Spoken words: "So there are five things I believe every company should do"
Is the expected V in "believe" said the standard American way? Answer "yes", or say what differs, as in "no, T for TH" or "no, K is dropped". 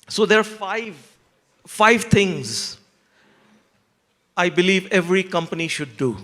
yes